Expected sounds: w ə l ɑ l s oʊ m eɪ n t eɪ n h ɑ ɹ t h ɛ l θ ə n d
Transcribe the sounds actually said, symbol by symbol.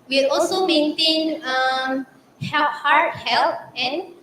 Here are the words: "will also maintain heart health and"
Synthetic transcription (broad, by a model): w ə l ɑ l s oʊ m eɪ n t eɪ n h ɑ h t h ɛ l t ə n